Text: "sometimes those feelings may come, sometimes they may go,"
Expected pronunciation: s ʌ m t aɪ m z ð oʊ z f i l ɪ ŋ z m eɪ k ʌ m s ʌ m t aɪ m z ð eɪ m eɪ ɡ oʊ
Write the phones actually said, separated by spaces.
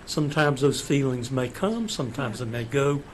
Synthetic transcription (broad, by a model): s ʌ m t aɪ m z ð oʊ z f i l ɪ ŋ z m eɪ k ʌ m s ʌ m t aɪ m z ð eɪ m eɪ ɡ oʊ